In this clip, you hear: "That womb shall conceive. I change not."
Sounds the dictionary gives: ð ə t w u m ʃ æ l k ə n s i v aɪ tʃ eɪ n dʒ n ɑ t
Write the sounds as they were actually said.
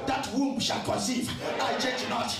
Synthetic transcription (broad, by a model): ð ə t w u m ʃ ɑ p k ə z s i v aɪ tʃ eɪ dʒ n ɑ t